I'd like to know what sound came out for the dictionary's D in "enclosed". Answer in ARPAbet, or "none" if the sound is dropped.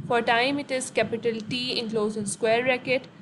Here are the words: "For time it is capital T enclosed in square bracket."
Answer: none